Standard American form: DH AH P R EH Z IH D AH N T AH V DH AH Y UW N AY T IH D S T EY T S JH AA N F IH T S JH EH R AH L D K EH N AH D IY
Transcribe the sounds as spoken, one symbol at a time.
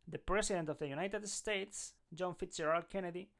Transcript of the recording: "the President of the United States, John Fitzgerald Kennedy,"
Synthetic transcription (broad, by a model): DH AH P R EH S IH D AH N T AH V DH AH Y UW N AY T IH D S T EY T S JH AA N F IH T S EH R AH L K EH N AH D IY